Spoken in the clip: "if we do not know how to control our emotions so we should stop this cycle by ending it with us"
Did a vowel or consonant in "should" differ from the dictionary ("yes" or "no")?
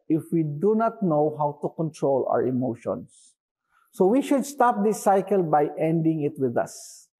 no